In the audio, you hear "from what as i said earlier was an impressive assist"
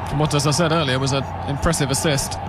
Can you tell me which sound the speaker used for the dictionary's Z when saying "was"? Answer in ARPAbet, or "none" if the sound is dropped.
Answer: Z